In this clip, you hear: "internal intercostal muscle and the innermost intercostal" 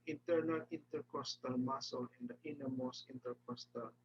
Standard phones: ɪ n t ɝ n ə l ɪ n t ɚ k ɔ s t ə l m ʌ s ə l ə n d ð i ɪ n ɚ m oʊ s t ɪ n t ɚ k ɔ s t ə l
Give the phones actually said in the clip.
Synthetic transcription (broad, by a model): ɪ n t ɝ n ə l ɪ n t ɚ k ɔ s t ə l m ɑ s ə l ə n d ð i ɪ n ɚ m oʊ s ɪ n t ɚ k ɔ s t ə l